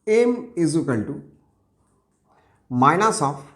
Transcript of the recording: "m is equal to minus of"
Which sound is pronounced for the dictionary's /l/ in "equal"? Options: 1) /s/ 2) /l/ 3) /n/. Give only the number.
3